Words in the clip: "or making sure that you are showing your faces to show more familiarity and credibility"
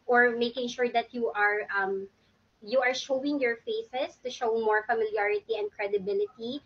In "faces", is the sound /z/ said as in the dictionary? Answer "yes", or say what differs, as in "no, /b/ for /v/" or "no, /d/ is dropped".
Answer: no, /s/ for /z/